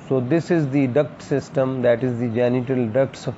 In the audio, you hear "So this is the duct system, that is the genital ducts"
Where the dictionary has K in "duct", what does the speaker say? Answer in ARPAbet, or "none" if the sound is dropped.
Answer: K